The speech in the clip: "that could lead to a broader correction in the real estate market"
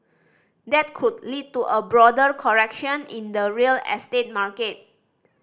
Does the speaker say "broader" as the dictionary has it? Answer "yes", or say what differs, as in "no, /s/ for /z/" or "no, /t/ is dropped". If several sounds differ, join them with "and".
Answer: yes